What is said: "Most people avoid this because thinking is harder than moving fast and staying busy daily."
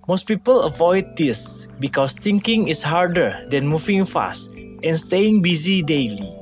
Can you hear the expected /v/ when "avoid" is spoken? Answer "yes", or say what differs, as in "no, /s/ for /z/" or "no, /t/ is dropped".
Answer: yes